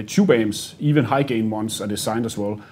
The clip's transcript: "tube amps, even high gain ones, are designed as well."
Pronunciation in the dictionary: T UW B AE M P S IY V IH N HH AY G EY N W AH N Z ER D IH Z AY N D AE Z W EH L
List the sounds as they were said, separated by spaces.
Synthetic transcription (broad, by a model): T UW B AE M S IY V IH N HH AY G EY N W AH N S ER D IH S AY N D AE S W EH L